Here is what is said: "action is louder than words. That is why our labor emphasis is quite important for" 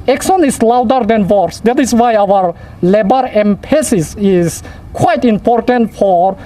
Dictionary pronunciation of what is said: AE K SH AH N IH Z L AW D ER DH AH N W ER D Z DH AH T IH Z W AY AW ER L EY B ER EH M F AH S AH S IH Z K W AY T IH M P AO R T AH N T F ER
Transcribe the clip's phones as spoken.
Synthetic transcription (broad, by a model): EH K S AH N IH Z L AW D ER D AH N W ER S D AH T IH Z W AY AW ER L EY B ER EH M P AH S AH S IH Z K W AY T IH M P AO R T AH N T F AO